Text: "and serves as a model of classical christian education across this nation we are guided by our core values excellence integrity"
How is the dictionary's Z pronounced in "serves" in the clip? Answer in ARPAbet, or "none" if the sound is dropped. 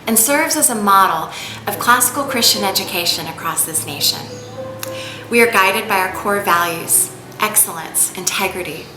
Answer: Z